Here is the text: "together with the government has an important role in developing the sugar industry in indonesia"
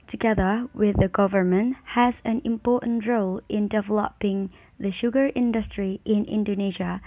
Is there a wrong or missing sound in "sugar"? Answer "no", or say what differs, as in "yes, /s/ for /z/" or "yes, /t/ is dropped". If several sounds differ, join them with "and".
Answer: no